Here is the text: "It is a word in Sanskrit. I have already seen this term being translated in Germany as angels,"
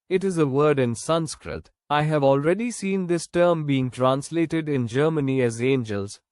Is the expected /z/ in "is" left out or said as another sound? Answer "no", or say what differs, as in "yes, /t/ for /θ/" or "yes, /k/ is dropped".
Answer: no